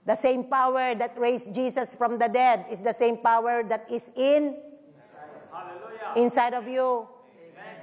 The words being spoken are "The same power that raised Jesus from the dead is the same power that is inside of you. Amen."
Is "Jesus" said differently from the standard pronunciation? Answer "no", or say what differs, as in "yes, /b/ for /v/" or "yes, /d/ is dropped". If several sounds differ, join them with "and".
yes, /s/ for /z/